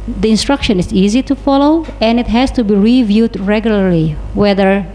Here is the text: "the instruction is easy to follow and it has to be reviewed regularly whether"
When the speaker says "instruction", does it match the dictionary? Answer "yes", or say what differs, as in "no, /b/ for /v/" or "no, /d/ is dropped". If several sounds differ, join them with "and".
yes